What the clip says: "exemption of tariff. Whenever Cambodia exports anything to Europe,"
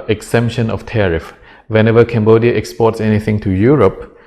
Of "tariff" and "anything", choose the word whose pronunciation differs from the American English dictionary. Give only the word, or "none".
none